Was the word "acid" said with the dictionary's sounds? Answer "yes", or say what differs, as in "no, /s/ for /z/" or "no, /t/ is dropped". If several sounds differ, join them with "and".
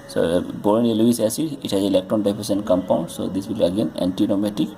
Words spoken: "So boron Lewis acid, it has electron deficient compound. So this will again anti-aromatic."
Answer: no, /d/ is dropped